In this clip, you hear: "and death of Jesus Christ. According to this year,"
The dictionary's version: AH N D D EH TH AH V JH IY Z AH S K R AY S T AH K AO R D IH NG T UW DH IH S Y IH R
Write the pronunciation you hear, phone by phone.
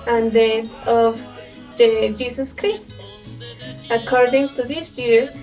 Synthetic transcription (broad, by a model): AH N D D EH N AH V JH IY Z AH S K R AY S T AH K AO R D IH NG T UW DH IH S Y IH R